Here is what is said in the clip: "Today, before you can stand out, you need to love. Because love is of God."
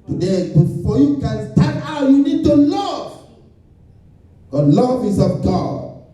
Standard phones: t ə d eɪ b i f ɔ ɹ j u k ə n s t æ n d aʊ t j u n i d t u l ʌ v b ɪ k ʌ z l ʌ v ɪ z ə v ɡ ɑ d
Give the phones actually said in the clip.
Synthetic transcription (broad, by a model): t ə d eɪ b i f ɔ j u k ə n s t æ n aʊ t j u n i d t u l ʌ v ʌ l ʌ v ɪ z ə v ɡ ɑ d